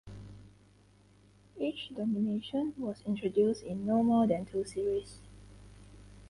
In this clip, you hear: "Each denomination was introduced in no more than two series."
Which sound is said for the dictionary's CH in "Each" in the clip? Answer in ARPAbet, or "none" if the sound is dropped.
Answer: CH